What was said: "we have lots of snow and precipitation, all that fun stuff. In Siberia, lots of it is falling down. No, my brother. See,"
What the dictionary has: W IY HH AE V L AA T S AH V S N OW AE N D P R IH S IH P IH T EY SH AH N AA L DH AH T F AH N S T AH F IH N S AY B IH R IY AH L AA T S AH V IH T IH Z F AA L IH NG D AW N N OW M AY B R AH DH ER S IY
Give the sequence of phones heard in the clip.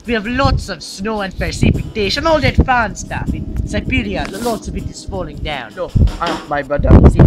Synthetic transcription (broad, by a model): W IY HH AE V L AA T S AH V S N OW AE N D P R S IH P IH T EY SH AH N AA L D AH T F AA N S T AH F IH N S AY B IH R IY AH L AA T S AH V IH T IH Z F AA L IH NG D AW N N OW M AY B R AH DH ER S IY